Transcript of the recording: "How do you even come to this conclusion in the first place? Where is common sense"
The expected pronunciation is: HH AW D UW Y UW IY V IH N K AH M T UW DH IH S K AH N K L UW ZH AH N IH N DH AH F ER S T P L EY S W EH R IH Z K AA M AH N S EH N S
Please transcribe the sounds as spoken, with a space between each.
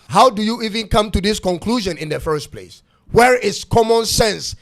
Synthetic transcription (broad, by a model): HH AW D UW Y UW IY V IH N K AH M T UW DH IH S K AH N K L UW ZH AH N IH N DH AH F ER S T P L EY S W EH R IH S K AA M AH N S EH N S